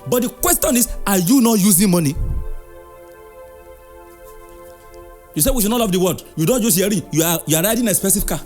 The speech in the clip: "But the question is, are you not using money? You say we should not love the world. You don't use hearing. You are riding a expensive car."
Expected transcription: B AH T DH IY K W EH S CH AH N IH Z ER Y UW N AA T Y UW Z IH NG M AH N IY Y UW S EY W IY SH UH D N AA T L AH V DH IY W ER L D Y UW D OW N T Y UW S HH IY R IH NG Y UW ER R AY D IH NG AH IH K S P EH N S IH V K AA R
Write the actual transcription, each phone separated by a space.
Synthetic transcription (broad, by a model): B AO T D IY K W EH S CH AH N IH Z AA Y UW N AA T Y UW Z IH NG M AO N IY Y UW S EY W IY SH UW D N AA T L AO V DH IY W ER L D Y UW D OW N T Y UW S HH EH R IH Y Y UW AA R AY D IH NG AH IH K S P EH S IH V K AA